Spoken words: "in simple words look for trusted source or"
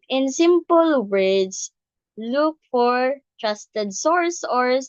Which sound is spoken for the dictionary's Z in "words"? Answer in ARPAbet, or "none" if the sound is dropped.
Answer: S